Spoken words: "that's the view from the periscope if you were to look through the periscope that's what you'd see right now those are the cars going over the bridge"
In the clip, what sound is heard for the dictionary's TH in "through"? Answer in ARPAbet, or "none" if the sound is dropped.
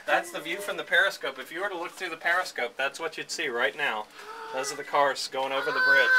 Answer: TH